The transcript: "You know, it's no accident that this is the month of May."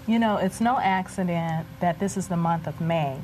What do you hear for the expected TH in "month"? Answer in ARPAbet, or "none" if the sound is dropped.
TH